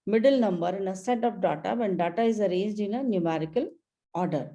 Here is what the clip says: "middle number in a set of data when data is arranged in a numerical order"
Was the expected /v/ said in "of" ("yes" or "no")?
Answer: no